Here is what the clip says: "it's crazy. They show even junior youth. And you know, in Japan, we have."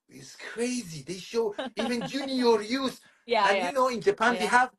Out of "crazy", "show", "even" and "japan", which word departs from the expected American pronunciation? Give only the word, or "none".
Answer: none